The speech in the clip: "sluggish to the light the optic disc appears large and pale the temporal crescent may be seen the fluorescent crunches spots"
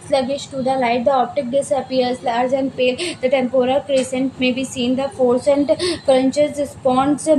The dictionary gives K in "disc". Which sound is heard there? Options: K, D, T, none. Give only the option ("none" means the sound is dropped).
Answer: none